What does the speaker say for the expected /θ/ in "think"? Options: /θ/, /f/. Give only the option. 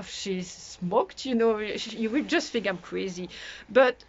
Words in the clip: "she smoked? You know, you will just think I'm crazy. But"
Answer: /f/